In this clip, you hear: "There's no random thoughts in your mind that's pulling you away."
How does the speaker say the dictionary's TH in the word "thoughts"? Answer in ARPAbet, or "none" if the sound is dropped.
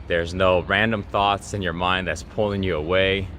TH